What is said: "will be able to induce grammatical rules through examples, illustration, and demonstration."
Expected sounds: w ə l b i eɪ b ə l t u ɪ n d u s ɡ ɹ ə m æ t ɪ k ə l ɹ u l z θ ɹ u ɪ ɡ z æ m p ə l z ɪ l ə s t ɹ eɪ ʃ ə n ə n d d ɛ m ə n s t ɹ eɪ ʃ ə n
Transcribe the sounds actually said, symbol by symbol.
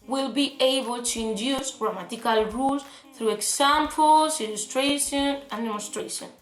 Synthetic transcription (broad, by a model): w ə l b i eɪ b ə l t u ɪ n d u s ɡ ɹ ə m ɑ t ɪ k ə l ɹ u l s θ ɹ u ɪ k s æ m p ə l s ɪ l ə s t ɹ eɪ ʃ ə n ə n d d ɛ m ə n s t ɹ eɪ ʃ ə n